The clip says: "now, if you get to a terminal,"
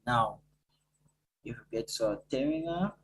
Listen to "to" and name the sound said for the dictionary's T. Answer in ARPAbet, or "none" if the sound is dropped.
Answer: S